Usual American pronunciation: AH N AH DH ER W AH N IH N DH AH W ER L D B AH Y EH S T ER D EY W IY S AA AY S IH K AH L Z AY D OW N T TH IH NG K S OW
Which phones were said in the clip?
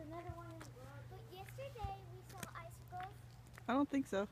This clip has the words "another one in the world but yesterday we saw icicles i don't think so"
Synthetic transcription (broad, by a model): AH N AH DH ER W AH IH N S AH Y EH S T ER D EY W IY S AA AY S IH K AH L AY D OW N T TH IH NG K S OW